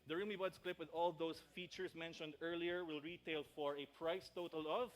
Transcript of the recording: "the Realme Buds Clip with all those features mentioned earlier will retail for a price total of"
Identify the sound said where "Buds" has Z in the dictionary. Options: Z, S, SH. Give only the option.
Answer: S